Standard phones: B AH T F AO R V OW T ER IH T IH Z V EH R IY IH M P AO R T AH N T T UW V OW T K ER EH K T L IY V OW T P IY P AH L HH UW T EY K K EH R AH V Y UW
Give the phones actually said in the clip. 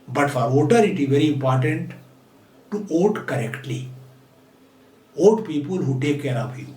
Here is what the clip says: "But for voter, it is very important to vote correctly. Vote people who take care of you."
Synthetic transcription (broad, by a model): B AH T F AO R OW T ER IH T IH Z V EH R IY IH M P AO R T AH N T T UW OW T K ER EH K T L IY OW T P IY P AH L HH UW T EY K K EH R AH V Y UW